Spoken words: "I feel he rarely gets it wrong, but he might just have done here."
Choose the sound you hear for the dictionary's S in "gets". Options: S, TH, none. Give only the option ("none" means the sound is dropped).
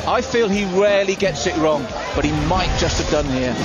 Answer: S